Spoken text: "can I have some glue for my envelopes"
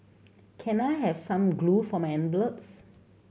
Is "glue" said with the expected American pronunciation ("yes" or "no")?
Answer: yes